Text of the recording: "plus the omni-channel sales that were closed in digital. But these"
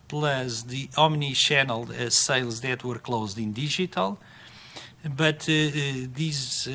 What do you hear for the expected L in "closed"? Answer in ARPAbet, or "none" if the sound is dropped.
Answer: L